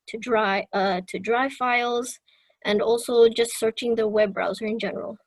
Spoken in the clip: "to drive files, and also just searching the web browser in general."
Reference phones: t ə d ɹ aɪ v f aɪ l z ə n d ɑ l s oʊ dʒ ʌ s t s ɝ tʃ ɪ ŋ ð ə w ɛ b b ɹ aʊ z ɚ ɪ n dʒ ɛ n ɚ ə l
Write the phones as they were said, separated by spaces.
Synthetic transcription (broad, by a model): t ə d ɹ aɪ v f aɪ l z ə n d ɑ l s oʊ dʒ ʌ s t s ɝ tʃ ɪ ŋ ð ə w ɛ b b ɹ aʊ z ɚ ɪ n dʒ ɛ n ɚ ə l